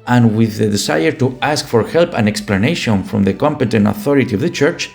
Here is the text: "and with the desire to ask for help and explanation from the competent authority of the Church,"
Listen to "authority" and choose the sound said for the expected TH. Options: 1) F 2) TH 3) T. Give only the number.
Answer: 2